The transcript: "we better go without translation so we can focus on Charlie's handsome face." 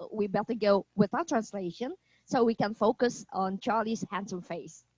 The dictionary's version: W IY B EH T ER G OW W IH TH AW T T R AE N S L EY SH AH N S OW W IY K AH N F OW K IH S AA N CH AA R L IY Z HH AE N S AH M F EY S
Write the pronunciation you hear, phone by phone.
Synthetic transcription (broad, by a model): W IY B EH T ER G OW W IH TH AW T T R AE N S L EY SH AH N S OW W IY K AH N F OW K IH S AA N CH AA R L IY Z HH AE N S AH M F EY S